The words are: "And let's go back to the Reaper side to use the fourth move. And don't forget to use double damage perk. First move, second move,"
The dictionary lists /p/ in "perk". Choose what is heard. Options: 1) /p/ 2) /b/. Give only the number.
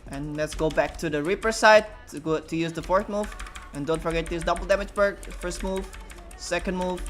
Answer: 2